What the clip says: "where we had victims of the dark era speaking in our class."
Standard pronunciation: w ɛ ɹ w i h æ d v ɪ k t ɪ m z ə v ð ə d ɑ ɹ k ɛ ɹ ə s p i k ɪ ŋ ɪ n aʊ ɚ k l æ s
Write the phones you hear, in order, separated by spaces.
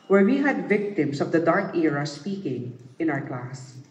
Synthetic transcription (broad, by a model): w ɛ ɹ w i h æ d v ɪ k t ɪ m s ə v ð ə d ɑ ɹ k ɛ ɹ ə s p i k ɪ ŋ ɪ n aʊ ɚ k l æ s